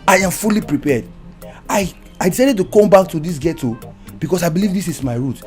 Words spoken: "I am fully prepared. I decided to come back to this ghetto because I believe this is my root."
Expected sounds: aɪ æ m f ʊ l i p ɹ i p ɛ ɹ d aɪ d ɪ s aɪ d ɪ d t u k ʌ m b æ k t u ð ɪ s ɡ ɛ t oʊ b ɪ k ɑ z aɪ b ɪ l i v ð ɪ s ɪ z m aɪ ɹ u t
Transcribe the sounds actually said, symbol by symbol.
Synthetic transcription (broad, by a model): aɪ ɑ m f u l i p ɹ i p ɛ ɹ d aɪ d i s aɪ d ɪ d t u k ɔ m b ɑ k t u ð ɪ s ɡ ɛ t oʊ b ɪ k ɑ s aɪ b ɪ l i v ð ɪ s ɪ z m aɪ ɹ u t